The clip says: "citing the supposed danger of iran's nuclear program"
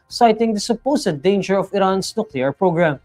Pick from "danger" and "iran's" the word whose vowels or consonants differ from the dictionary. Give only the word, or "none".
iran's